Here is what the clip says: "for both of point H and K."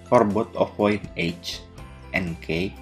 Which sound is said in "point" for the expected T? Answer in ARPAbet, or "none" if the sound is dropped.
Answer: none